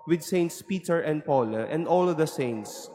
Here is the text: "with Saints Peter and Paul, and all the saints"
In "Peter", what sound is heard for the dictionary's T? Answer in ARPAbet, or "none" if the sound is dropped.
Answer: T